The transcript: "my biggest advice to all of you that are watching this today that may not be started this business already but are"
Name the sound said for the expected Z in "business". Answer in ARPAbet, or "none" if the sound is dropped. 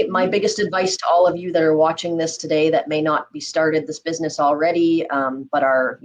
Z